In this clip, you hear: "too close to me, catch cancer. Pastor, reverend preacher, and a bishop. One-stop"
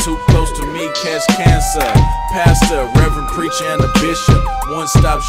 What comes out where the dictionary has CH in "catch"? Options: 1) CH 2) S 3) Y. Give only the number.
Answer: 2